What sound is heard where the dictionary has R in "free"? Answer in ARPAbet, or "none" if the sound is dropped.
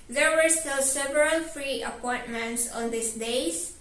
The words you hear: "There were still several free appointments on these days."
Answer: R